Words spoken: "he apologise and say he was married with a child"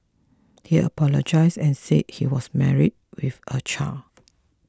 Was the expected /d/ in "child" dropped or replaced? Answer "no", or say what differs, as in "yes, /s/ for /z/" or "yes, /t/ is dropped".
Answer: yes, /d/ is dropped